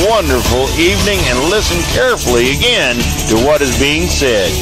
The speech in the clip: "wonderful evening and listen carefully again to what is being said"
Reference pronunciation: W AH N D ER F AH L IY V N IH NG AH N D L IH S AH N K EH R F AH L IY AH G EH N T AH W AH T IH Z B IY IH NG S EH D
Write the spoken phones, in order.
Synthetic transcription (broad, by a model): W AH N D ER F L IY V N IH NG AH N L IH S AH N K EH R F L IY AH G EH N T AH W AH T IH Z B IY IH NG S EH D